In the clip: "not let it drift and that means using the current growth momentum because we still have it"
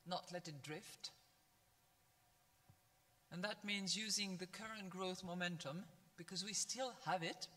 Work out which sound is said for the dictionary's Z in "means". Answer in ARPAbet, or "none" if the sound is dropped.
Z